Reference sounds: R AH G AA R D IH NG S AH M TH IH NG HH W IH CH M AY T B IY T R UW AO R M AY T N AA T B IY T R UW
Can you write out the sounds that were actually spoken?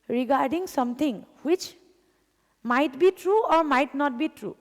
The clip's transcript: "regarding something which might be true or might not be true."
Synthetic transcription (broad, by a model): R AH G AA R D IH NG S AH M T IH NG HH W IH CH M AY T B IY T R UW AO R M AY T N AA T B IY T R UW